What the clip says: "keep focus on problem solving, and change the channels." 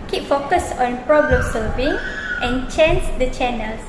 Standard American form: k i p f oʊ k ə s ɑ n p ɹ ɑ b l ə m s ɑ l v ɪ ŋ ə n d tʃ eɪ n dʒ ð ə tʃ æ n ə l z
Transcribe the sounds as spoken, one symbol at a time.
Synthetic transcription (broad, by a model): k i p f oʊ k ə s ɑ n p ɹ ɑ b l ə m s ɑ v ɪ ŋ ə n tʃ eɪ n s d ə tʃ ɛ n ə l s